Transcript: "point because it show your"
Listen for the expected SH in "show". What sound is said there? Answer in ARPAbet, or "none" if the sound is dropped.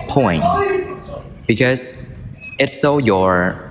S